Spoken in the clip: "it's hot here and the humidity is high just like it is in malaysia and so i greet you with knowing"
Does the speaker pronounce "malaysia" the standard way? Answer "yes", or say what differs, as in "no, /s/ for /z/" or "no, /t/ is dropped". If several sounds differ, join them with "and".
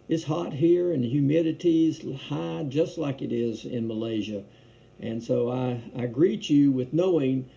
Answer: yes